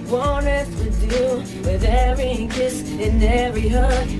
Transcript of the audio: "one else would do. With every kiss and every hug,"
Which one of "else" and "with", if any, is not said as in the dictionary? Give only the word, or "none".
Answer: else